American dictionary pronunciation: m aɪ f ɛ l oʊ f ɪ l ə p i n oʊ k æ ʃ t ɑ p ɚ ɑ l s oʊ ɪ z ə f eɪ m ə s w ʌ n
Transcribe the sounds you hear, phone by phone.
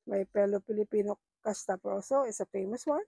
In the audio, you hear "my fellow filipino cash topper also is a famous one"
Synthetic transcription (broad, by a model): m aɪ p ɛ l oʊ p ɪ l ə p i n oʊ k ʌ s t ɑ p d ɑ w s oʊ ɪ s ə f eɪ m ə s w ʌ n